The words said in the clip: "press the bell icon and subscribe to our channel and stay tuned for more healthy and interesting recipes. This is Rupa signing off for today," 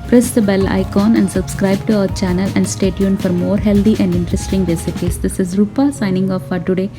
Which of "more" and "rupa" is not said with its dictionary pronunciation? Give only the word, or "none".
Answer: none